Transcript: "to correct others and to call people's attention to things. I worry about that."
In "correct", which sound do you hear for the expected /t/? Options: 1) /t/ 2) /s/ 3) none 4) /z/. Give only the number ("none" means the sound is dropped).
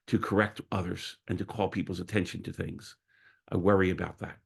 1